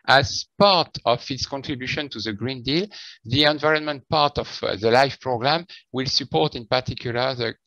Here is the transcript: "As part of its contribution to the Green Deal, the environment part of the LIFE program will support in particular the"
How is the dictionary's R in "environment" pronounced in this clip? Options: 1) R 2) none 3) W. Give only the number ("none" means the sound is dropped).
1